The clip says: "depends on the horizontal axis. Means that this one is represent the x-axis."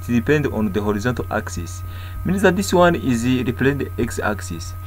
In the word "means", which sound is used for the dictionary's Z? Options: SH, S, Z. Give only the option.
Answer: S